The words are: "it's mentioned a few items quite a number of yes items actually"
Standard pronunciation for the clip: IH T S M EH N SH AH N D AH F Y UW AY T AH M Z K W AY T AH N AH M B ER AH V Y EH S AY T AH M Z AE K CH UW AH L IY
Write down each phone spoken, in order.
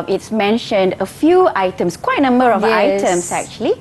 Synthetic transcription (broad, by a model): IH T S M EH N SH AH N D AH F Y UW AY T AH M S K W AY T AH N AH M B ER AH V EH AY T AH M S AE K CH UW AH L IY